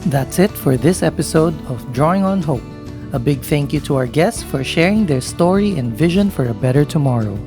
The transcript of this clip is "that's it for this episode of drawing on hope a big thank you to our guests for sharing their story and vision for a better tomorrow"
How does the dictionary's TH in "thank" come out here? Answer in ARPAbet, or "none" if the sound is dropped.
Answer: TH